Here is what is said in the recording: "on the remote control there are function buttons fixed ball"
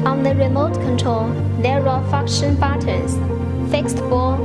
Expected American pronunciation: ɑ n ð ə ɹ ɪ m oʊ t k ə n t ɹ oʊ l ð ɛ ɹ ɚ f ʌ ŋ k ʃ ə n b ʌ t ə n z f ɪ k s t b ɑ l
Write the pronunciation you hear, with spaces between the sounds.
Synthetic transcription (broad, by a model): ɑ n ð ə ɹ ɪ m oʊ t k ə n t ɹ oʊ l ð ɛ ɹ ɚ f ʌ k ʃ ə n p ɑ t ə z f ɪ k s t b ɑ